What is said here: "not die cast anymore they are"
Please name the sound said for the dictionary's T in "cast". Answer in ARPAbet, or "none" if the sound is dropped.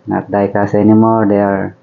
none